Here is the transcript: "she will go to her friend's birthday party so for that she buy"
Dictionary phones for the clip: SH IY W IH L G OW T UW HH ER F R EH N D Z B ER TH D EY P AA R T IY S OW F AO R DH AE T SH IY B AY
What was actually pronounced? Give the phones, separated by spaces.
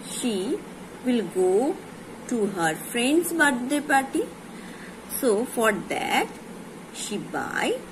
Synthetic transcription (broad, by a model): SH IY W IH L G OW T UW HH ER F R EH N D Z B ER T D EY P AA R T IY S OW F AO R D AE T SH IY B AY